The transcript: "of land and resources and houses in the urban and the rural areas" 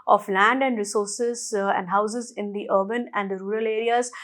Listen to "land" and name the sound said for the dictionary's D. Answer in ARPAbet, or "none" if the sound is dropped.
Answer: D